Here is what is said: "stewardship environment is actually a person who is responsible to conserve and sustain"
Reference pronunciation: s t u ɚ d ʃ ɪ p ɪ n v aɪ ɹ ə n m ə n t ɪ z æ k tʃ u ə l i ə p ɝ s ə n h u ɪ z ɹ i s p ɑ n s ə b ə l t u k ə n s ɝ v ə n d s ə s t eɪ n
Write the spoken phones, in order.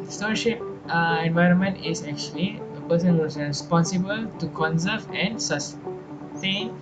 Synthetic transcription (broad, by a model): s t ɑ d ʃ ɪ p ɪ n v aɪ ɹ ə n m ə n t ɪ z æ k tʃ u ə l i ə p ɝ s ə n h u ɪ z ɹ i s p ɑ n s ə b ə l t u k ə n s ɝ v ə n d s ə s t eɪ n